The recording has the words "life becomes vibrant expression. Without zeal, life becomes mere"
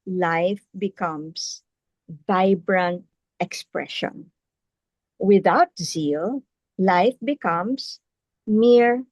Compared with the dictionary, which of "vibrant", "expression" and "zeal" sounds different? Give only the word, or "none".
vibrant